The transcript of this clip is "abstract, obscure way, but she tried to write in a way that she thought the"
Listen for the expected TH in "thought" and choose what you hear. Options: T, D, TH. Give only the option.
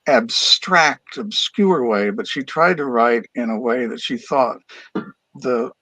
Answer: TH